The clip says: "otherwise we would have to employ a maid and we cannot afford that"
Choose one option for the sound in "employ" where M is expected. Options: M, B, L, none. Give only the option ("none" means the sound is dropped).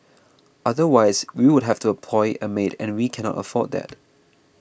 none